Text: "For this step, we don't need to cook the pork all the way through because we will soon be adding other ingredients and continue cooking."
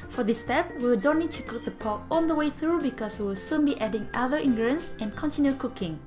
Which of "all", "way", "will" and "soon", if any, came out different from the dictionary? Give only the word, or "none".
all